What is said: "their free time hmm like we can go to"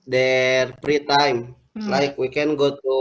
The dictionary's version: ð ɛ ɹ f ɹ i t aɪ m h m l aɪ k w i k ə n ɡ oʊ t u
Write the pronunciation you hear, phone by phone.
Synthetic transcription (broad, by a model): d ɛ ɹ p ɹ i t aɪ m m l aɪ k w i k ə n ɡ oʊ t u